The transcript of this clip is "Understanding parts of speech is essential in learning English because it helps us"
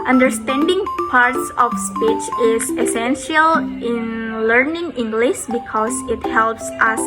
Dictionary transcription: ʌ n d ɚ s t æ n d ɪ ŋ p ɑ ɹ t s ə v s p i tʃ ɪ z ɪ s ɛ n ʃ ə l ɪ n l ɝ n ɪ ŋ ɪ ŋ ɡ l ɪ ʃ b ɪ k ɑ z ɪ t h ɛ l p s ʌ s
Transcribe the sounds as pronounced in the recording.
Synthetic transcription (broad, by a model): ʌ n d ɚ s t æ n d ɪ ŋ p ɑ ɹ t s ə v s p i tʃ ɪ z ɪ s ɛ n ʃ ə l ɪ n l ɝ n ɪ ŋ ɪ ŋ ɡ l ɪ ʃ b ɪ k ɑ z ɪ t h ɛ l p s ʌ s